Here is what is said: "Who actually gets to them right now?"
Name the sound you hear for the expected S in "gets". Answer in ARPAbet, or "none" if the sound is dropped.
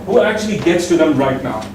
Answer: S